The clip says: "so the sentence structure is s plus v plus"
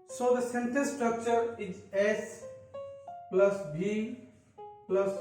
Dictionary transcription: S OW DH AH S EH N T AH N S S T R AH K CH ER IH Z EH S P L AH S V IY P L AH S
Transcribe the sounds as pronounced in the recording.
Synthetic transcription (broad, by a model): S OW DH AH S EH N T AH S S T R AH K CH ER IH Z EH S P L AH S B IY P L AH S